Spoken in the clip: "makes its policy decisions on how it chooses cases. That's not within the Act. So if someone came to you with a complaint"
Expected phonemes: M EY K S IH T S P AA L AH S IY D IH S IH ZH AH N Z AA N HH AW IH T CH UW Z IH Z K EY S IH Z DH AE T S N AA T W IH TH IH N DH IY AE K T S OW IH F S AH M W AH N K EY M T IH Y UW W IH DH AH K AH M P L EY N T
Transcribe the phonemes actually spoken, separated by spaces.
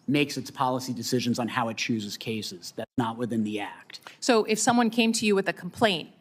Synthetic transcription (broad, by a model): M EY K S IH T S P AA L AH S IY D IH S IH ZH AH N Z N HH AW IH T CH UW Z IH Z K EY S IH Z DH AE T S N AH T W IH TH IH N DH IY AE K T S OW IH F S AH M W AH N K EY M T IH Y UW W IH DH AH K M P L EY N T